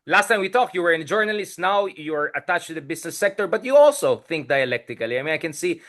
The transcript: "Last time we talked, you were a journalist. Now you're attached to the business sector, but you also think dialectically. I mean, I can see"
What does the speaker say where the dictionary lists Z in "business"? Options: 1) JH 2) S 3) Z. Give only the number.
2